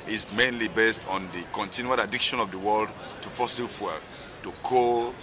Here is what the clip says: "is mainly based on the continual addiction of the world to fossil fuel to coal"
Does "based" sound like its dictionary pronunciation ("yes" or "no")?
yes